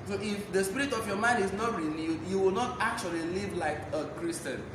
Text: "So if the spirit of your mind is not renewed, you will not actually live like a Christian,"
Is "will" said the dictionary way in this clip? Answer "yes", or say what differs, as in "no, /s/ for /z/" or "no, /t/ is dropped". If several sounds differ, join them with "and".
yes